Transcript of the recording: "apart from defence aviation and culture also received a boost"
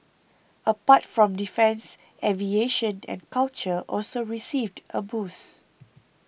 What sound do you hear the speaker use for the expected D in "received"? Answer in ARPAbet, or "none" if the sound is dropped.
D